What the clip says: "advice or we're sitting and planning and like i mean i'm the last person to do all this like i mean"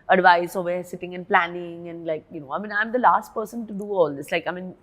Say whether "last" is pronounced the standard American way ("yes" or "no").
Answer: yes